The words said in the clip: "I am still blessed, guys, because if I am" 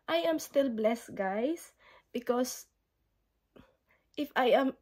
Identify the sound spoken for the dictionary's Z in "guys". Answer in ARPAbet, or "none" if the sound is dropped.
S